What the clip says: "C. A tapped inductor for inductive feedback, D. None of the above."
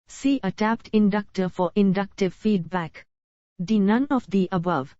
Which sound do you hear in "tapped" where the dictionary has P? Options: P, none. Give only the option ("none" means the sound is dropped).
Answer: P